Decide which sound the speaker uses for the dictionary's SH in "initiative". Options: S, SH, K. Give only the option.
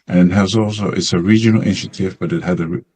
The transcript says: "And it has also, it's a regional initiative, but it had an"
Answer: SH